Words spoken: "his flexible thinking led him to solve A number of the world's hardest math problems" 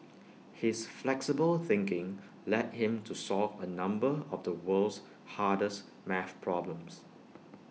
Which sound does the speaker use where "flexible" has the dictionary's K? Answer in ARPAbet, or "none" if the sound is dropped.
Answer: K